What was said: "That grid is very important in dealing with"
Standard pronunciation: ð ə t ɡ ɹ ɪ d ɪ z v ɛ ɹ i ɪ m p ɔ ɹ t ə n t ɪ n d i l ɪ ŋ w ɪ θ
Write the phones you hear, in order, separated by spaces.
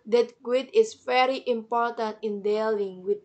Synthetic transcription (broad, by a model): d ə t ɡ w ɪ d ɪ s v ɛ ɹ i ɪ m p ɔ ɹ t ə n t ɪ n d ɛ l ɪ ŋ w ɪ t